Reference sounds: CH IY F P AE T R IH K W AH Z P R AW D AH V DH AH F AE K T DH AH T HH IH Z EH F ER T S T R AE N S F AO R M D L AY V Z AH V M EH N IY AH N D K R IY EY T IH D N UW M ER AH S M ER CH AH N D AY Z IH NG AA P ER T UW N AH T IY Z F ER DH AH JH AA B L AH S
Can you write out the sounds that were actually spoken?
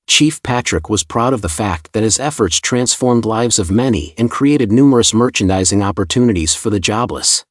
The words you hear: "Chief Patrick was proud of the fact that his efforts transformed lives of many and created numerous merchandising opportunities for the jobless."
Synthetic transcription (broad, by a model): CH IY F P AE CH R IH K W AH Z P R AW D AH V DH AH F AE K T DH AH T HH IH Z EH F ER T S T R AE N S F AO R M D L AY V Z AH V M EH N IY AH N K R IY EY T IH D N UW M ER AH S M ER CH AH N D AY Z IH NG AA P ER T UW N AH T IY Z F ER DH AH JH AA B L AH S